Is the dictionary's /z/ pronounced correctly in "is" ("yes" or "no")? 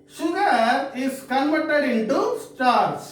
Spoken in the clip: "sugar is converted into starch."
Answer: no